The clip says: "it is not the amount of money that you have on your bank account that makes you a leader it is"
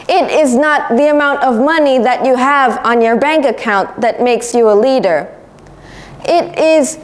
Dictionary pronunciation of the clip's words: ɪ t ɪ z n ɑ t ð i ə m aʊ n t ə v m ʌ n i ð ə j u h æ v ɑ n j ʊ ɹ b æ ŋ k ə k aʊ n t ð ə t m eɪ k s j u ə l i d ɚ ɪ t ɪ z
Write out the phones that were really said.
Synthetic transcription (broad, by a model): ɪ t ɪ z n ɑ t ð i ə m aʊ n t ə v m ʌ n i ð ə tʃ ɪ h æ v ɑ n j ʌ ɹ b æ ŋ k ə k aʊ n ð ə t m eɪ k s j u ə l i d ɚ ɪ t ɪ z